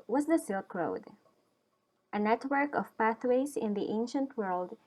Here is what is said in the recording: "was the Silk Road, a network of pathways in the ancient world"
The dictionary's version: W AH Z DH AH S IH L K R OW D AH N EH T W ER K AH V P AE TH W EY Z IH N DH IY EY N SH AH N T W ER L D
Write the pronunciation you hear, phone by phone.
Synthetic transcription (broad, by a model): W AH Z DH AH S IH L K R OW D AH N EH T W ER K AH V P AE TH W EY Z IH N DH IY EY N SH AH N T W ER L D